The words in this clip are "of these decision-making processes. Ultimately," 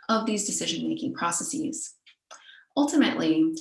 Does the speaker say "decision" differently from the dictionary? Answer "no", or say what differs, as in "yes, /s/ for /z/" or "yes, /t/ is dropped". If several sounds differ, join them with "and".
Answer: no